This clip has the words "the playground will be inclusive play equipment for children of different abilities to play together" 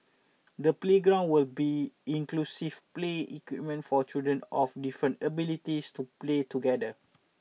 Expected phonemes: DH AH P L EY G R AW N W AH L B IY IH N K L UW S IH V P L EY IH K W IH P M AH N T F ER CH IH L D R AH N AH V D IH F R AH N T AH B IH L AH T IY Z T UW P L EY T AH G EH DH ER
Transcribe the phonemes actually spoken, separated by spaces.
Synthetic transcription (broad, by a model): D AH P L EY G R AW N W AH L B IY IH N K L UW S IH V P L EY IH K W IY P M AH N T F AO CH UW D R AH N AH F D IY F R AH N T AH B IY L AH T IY S T UW P L EY T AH G EH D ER